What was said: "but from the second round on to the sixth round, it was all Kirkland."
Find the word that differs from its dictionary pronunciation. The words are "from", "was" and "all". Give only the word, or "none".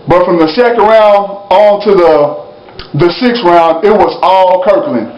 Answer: none